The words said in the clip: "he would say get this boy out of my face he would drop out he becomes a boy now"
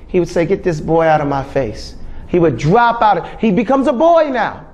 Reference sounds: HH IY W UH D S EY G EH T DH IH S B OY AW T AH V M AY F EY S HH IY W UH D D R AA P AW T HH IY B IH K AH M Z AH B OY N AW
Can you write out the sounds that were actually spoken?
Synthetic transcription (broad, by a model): HH IY W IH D S EY G EH T DH IH S B OY AW T AH V M AY F EY S HH IY W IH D D R AA P AW T HH IY B IH K AH M Z AH B OY N AW